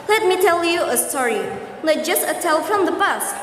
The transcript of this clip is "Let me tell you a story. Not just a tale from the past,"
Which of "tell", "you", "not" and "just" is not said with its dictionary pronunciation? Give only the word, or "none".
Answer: not